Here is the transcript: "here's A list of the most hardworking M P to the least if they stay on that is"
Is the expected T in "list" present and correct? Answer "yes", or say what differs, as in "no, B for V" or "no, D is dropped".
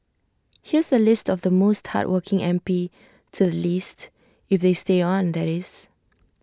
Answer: yes